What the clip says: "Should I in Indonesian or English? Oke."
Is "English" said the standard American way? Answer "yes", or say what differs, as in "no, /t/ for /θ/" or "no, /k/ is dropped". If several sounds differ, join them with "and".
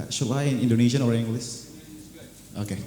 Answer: no, /s/ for /ʃ/